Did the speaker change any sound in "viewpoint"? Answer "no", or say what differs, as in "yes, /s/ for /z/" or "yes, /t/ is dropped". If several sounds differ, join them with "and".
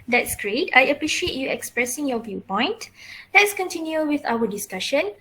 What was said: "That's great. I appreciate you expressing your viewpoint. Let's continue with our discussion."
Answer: no